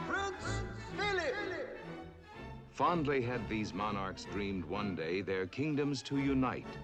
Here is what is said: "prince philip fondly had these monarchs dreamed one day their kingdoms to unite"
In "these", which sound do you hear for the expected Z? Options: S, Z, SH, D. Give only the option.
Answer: Z